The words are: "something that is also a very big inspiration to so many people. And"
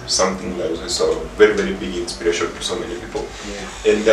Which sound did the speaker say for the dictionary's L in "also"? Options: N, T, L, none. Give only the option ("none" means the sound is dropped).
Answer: none